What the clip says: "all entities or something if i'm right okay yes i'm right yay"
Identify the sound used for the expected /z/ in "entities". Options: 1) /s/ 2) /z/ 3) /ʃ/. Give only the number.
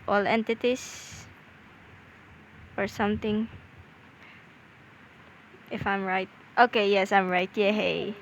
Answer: 1